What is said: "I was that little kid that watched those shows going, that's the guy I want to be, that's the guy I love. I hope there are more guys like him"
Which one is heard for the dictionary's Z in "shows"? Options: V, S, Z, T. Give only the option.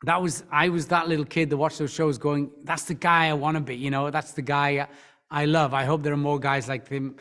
Z